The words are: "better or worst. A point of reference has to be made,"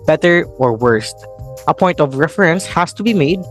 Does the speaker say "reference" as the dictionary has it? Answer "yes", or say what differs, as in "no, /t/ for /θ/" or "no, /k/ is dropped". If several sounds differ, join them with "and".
yes